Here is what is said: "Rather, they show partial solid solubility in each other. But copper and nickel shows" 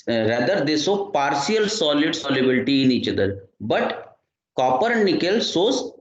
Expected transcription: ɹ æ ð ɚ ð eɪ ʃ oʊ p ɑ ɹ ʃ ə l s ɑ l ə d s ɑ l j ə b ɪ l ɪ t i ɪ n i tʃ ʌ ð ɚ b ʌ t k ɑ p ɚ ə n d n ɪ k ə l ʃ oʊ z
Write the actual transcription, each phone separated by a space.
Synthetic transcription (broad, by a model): ɹ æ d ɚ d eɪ s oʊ p ɑ ɹ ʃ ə l s ɑ l ə d s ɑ l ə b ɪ l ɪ t i ɪ n i tʃ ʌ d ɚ b ʌ t k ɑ p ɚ ə d n ɪ k ə l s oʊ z